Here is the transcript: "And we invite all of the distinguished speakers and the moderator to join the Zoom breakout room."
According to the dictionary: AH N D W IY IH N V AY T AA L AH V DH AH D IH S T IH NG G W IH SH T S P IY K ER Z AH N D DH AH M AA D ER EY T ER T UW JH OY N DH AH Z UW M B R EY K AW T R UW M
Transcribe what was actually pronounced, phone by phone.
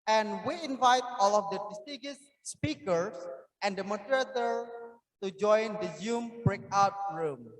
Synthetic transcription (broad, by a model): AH N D W IY IH N V AY T AA L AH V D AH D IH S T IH G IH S P IY K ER S AH N D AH M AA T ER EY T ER T UW JH OY N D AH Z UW M B R EY K AW T R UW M